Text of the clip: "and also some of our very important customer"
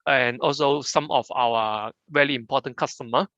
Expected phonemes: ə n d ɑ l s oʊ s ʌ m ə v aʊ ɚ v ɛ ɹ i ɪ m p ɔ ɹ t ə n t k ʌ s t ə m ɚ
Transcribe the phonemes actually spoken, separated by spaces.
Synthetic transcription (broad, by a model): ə n ɑ l s oʊ s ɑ m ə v aʊ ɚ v ɛ l i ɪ m p ɔ t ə n k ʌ s t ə m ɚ